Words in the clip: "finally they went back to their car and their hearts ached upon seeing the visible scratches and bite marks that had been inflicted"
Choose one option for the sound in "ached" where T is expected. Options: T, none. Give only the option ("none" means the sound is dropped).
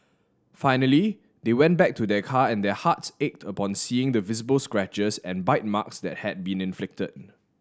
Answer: T